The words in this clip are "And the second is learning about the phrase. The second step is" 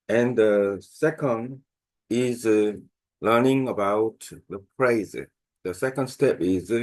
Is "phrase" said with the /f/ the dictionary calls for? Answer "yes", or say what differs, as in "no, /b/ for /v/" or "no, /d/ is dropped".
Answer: no, /p/ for /f/